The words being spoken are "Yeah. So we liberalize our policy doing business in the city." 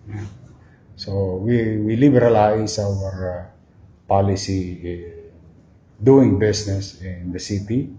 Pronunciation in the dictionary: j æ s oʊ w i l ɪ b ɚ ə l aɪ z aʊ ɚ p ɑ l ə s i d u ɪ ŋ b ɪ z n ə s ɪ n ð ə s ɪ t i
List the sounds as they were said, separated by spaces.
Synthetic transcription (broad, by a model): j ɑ s oʊ w i l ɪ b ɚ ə l aɪ s aʊ ɚ p ɑ l ə s i d u ɪ ŋ b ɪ s n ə s ɪ n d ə s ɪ t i